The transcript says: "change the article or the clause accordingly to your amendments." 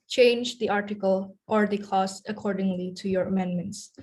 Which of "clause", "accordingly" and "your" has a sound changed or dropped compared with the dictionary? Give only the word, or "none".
clause